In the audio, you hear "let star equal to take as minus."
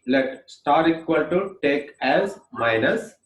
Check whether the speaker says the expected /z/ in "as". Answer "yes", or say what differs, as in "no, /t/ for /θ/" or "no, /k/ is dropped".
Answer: yes